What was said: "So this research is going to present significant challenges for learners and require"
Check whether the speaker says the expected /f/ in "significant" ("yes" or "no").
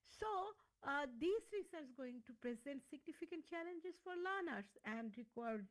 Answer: yes